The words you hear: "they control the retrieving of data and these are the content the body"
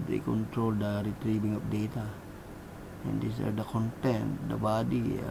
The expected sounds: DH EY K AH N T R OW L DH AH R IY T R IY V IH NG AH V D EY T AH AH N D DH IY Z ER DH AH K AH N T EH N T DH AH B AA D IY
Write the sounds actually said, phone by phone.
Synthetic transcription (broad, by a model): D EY K AH N T R OW L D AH R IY T R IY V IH NG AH P D EY T AH AH N D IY S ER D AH K AH N T EH N T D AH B AA D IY